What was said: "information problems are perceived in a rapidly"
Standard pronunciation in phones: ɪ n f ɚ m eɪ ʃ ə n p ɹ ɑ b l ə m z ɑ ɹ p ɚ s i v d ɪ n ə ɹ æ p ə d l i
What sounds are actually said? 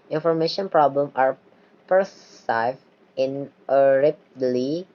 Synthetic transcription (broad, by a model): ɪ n f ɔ m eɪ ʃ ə n p ɹ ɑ b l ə m ɑ ɹ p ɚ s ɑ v ɪ n ə ɹ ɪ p l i